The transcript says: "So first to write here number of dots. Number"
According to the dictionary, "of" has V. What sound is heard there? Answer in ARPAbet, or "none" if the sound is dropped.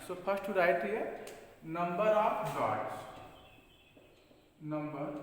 P